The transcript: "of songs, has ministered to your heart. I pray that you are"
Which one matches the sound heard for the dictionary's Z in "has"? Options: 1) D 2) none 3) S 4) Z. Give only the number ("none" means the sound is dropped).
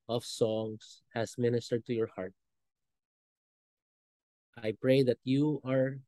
3